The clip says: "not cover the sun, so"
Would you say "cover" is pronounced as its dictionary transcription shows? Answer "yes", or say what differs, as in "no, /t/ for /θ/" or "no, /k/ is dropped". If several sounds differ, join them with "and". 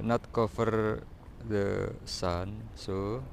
no, /f/ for /v/